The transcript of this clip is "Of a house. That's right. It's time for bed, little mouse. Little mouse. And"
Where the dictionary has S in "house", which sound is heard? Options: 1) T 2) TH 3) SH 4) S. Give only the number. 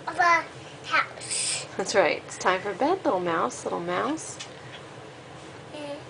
3